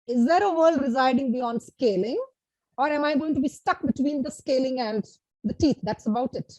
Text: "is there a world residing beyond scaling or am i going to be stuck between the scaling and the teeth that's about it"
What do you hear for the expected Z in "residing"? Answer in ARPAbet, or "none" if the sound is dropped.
Z